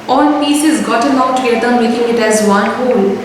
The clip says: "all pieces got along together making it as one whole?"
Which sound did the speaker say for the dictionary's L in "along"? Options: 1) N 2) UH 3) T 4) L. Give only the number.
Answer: 1